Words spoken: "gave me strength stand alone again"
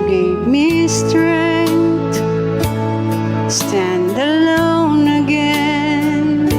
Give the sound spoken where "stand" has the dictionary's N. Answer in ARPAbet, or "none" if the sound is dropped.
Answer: N